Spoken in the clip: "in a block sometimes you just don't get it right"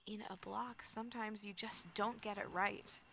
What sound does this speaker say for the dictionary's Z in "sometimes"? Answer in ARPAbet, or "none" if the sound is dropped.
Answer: Z